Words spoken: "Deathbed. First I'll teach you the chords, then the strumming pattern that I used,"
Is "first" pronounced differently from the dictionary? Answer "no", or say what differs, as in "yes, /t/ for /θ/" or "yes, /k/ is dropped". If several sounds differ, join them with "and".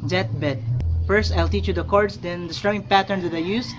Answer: no